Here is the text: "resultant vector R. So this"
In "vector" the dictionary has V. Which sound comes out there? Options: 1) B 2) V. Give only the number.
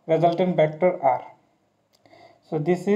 1